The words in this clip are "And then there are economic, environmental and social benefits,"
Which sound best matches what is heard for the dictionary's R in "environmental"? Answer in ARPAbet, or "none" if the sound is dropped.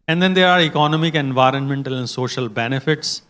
R